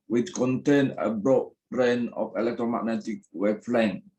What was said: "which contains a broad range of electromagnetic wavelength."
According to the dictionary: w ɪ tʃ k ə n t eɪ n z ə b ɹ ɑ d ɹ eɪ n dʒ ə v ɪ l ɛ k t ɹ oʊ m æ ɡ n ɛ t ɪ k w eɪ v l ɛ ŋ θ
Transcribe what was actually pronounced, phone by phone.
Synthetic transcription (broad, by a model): w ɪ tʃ k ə n t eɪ n ə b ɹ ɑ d ɹ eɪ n ə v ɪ l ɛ k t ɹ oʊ m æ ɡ n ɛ t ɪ k w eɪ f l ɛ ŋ